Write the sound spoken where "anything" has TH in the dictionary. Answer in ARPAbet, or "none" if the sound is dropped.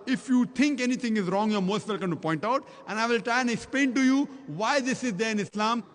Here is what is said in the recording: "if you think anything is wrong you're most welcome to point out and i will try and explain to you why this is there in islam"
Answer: T